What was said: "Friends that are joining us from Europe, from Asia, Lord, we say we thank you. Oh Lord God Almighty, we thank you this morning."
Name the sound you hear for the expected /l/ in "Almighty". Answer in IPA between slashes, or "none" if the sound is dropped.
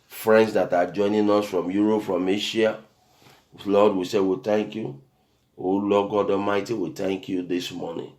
none